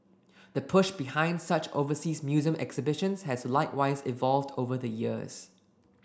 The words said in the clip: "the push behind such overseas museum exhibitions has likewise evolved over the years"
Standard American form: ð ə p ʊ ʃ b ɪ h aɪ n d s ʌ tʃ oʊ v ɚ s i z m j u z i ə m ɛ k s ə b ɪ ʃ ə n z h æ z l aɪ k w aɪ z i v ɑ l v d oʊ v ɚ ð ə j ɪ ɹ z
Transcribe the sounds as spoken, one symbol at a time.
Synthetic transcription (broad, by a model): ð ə p ʊ ʃ b ɪ h aɪ n d s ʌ tʃ oʊ v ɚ s i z m j u z i ə m ɛ k s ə b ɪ ʃ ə n s h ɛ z l aɪ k w aɪ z i v ɑ l v d oʊ v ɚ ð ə j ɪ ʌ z